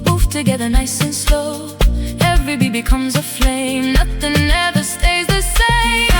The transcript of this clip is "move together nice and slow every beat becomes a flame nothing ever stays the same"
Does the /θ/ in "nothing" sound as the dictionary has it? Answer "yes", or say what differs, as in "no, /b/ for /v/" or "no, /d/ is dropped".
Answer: yes